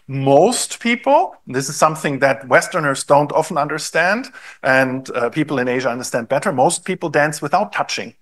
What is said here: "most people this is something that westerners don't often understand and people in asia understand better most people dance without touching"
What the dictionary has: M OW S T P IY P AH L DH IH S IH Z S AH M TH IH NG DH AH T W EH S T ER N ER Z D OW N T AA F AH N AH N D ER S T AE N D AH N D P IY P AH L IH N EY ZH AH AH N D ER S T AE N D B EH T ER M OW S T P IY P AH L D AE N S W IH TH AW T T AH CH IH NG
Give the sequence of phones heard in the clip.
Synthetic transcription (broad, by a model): M OW S T P IY P L DH IH S IH Z S AH M TH IH NG DH AH T W EH S T ER N ER Z D OW N T AA F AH N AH N D ER S T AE N D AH N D P IY P L IH N EY ZH AH AH N D ER S T AE N D B EH T ER M OW S T P IY P L D AE N S W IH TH AW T T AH CH IH NG